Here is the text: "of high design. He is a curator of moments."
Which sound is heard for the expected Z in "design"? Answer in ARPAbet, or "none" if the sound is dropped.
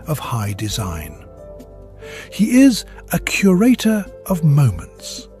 Z